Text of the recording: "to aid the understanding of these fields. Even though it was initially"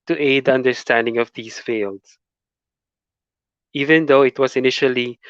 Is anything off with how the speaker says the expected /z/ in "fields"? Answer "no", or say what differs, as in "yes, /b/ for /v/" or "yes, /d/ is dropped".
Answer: yes, /s/ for /z/